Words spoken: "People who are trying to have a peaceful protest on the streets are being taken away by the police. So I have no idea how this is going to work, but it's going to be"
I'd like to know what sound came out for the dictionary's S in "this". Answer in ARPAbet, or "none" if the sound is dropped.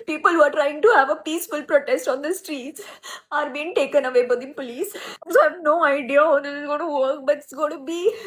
none